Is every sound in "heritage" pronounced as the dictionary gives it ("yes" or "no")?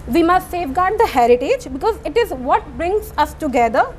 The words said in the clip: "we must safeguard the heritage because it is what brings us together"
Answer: yes